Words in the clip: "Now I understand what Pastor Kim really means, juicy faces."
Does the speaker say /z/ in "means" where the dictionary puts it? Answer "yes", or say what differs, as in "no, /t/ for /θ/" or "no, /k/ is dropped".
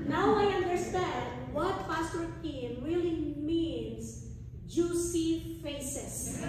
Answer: no, /s/ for /z/